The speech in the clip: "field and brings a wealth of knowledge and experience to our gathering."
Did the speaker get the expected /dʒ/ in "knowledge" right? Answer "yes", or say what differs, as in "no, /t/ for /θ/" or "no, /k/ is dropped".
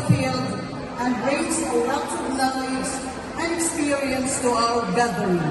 no, /z/ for /dʒ/